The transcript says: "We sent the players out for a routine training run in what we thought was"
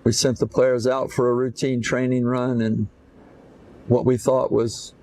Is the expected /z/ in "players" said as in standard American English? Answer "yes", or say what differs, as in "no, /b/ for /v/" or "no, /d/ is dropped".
yes